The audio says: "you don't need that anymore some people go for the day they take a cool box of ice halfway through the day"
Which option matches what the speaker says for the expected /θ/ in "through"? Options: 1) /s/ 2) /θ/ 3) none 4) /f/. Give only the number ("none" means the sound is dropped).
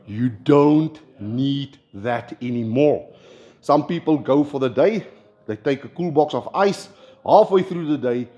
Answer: 2